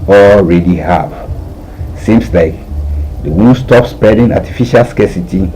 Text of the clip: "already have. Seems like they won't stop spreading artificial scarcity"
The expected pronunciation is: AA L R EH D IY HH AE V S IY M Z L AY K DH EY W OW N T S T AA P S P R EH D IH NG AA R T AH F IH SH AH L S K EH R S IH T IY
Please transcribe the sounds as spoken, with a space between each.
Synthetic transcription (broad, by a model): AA L R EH D IY HH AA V S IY M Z L AY K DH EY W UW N S T AA P S P EH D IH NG AA T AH F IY SH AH L S K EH S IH T IY